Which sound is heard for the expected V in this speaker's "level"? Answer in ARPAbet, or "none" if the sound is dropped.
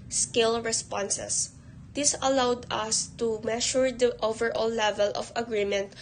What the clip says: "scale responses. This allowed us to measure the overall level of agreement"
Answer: V